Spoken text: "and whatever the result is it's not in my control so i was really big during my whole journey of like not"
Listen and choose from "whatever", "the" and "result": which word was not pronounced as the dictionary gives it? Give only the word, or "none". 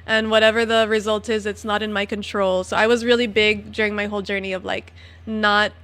none